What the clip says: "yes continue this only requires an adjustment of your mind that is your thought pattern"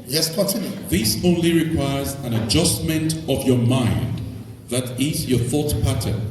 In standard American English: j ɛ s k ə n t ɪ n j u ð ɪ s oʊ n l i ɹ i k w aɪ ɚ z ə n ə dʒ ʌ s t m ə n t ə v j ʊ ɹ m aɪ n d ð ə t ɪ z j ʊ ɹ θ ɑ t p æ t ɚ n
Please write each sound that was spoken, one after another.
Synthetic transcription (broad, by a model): j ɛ s k ə n t ɪ n j u ð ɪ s oʊ n l i ɹ i k w aɪ ɚ z ə n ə dʒ ʌ s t m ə n t ə v j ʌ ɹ m aɪ n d ð ə t ɪ z j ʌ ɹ θ ɑ t p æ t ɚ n